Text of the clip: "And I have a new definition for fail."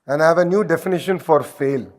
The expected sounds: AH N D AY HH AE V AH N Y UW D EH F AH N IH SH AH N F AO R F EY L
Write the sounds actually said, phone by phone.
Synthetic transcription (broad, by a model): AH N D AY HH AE V AH N Y UW D EH F AH N IH SH AH N F AO R F EY L